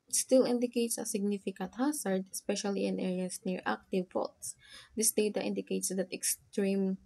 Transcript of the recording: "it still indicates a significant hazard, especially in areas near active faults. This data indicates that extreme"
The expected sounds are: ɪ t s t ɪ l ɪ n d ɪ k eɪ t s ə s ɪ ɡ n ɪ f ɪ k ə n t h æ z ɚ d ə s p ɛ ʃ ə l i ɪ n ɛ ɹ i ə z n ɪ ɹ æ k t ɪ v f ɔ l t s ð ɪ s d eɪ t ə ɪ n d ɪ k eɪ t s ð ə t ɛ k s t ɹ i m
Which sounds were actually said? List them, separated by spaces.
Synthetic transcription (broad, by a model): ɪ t s t ɪ l ɪ n d ɪ k eɪ t s ə s ɪ ɡ n ɪ f ɪ k ə n t h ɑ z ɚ d ə s p ɛ ʃ ə l i ɪ n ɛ ɹ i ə s n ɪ ɹ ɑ k t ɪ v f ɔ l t s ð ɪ s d eɪ t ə ɪ n d ɪ k eɪ t s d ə t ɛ k s t ɹ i m